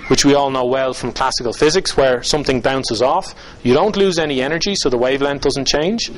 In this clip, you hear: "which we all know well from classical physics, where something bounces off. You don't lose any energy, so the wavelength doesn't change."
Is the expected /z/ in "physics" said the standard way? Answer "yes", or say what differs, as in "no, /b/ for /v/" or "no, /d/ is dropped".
yes